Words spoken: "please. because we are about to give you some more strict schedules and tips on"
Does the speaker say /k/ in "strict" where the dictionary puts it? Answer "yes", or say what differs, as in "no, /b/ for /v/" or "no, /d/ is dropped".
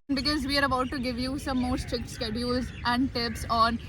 yes